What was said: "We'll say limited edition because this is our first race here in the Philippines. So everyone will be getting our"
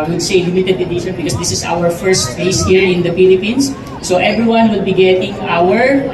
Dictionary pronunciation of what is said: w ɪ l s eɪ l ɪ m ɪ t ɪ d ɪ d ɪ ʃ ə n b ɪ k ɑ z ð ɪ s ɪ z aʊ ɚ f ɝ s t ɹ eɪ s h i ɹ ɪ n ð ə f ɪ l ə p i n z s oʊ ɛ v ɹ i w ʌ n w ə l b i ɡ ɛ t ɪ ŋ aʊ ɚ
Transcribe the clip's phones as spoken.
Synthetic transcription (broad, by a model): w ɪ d s eɪ l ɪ m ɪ t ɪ d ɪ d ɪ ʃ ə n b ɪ k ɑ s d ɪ s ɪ s aʊ ɚ f ɝ s t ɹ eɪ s h i ɹ ɪ n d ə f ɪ l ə p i n s oʊ ɛ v ɹ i w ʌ n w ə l b i ɡ ɛ t ɪ ŋ aʊ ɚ